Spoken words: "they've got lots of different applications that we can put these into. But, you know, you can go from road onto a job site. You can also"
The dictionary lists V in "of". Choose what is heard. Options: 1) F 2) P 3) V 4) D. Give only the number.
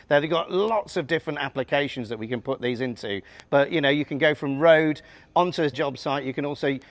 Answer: 3